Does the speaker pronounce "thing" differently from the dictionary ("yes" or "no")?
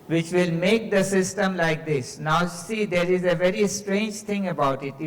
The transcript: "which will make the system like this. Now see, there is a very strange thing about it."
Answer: yes